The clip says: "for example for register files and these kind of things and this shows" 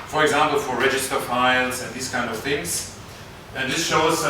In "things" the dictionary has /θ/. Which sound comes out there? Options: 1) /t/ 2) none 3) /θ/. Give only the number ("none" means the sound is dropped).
3